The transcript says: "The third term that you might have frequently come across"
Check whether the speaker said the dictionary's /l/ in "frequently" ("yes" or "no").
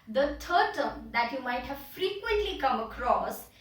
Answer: yes